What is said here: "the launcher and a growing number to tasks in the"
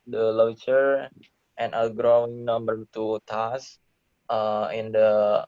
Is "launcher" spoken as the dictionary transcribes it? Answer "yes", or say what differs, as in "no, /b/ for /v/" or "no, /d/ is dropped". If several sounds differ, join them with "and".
no, /n/ is dropped